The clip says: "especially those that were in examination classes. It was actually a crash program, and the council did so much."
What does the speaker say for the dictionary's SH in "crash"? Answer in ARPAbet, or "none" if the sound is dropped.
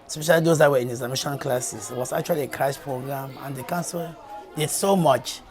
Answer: S